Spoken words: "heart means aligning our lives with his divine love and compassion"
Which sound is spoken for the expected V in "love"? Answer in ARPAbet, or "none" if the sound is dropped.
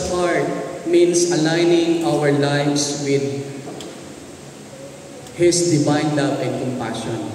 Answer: P